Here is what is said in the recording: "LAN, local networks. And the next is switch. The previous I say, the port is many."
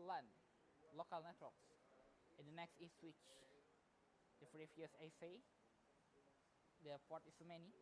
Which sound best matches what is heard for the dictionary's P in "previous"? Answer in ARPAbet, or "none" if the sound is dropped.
F